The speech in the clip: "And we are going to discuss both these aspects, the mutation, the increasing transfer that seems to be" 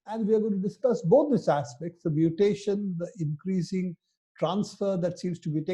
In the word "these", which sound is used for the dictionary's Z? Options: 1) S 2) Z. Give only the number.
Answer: 1